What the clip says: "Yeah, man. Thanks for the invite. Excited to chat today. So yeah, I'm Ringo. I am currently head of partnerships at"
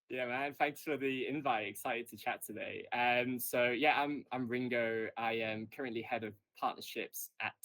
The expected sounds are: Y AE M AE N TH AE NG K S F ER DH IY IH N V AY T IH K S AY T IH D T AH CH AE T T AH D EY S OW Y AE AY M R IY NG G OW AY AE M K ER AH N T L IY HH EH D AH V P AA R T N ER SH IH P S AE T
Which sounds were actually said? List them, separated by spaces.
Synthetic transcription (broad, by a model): Y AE M AE N TH AE NG K S F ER DH IY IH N V AY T IH K S AY T IH D T AH CH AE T T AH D EY S OW Y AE AY M R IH NG G OW AY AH M K ER AH N T L IY HH EH D AH V P AA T N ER SH IH P S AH T